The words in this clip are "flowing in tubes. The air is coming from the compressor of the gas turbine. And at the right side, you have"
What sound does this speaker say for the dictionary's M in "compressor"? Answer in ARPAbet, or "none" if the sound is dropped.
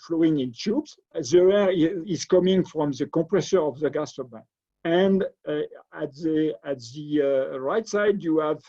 none